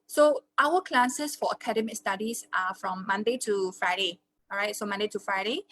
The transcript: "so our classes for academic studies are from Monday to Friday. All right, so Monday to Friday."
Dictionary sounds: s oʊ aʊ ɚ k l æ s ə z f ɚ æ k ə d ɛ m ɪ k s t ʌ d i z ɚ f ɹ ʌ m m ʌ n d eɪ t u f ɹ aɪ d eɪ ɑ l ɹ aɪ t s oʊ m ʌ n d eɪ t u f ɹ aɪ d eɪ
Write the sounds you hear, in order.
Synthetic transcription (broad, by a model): s oʊ aʊ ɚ k l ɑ s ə s f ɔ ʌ k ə d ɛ m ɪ k s t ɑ d i s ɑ f ɹ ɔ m m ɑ n d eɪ t u f ɹ aɪ d eɪ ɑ ɹ aɪ t s oʊ m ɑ n d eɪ t u f ɹ aɪ d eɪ